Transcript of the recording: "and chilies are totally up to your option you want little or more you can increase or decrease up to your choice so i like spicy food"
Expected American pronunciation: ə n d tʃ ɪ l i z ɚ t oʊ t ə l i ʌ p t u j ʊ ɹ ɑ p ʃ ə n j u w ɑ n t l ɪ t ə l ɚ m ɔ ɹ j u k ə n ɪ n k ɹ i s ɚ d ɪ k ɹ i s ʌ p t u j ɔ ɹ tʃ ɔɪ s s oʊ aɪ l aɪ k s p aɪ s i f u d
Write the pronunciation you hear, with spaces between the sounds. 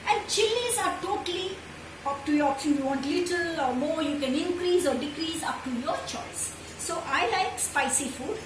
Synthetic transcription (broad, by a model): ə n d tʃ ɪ l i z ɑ t oʊ t ə l i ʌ p t u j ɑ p s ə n j u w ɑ n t l ɪ t ə l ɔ m ɔ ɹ j u k ə n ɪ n k ɹ i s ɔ d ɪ k ɹ i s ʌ p t u j ɔ ɹ tʃ ɔɪ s s oʊ aɪ l aɪ k s p aɪ s i f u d